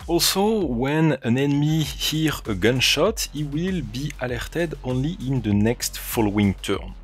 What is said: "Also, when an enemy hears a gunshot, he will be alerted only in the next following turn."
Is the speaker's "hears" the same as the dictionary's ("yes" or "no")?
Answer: no